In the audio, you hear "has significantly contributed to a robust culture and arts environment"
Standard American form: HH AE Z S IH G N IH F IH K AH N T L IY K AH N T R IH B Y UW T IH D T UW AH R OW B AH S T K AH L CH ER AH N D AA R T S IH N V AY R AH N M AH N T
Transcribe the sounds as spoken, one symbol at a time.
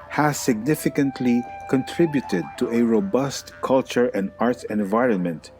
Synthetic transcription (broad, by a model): HH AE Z S IH G N IH F IH K AH N T L IY K AH N T R IH B Y UW T IH D T UW AH R OW B AH S T K AH L CH ER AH N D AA R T IH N V AY R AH N M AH N T